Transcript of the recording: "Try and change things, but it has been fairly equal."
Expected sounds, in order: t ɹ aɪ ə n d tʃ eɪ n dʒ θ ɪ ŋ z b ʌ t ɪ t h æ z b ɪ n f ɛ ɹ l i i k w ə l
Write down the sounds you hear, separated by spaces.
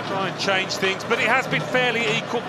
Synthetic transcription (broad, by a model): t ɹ aɪ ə n tʃ eɪ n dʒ θ ɪ ŋ z b ʌ t ɪ t h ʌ z b ɪ n f ɛ l i i k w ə l